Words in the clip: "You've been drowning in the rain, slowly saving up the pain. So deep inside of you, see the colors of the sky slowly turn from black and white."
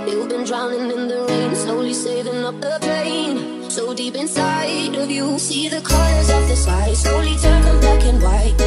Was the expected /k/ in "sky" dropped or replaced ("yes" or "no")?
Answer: yes